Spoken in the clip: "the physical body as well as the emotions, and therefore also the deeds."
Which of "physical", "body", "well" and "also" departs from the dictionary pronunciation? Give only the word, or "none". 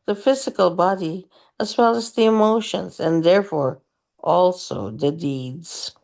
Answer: none